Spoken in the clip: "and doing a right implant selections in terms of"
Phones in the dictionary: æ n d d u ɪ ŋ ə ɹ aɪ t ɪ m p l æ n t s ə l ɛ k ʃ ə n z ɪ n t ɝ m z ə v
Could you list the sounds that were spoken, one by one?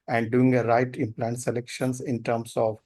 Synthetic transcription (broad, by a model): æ n d d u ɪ ŋ ə ɹ aɪ t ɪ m p l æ n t s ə l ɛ k ʃ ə n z ɪ n t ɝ m s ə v